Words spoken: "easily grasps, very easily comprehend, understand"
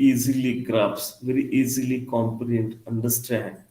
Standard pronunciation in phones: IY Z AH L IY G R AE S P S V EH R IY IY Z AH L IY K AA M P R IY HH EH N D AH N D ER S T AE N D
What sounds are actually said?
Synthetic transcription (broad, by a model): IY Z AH L IY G R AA P S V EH R IY IY Z AH L IY K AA M P IY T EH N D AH N D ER S T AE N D